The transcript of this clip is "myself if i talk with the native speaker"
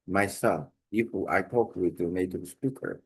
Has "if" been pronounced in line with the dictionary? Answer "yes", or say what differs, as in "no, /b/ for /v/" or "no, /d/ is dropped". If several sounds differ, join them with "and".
no, /p/ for /f/